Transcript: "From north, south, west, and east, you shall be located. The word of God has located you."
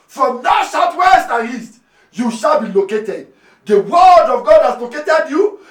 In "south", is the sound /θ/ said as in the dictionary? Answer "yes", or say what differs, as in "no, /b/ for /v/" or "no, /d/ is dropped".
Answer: no, /t/ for /θ/